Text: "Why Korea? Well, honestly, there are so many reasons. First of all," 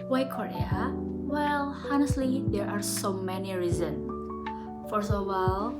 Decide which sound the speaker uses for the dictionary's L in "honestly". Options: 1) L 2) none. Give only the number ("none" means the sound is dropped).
1